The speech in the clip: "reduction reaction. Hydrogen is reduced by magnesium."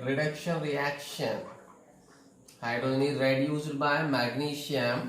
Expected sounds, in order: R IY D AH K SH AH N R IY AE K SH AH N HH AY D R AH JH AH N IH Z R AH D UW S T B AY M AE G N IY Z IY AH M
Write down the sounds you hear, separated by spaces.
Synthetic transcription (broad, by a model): R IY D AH K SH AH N R IY AE K SH AH N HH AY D AH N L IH R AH D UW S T B AY M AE G N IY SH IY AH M